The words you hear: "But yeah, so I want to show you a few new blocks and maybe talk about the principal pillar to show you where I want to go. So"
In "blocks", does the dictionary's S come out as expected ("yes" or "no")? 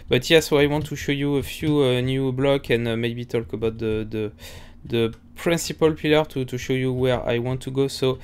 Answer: no